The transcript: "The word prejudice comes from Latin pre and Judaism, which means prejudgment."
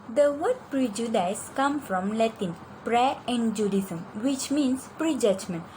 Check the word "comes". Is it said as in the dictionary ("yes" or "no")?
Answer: no